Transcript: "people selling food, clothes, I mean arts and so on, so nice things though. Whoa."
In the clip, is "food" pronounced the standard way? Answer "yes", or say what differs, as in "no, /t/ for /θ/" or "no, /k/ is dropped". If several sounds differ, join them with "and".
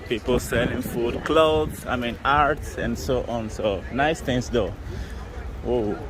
yes